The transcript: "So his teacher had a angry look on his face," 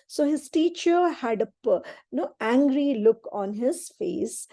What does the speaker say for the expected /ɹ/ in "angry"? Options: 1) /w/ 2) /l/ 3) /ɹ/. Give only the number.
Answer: 3